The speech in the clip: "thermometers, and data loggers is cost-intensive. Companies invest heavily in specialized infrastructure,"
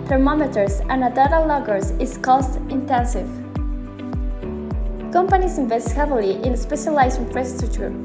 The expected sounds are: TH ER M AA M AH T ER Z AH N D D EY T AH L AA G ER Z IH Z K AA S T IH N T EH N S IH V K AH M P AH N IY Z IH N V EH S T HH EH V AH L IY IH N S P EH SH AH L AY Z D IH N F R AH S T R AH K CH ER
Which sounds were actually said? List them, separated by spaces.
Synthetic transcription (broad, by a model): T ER M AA M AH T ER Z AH N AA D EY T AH L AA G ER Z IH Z K AA S T IH N T EH N S IH V K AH M P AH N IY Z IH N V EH S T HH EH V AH L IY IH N S P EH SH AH L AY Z IH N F R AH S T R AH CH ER